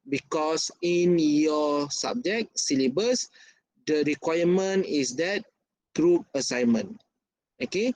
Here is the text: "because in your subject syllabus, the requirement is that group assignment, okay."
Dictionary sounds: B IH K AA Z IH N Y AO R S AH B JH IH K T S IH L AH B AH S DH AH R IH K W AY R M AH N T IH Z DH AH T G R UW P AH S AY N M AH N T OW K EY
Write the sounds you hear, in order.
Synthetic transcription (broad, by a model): B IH K AA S IH N Y AO S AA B JH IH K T S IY L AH B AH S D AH R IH K W AY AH M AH N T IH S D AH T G R UW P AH S AY N M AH N OW K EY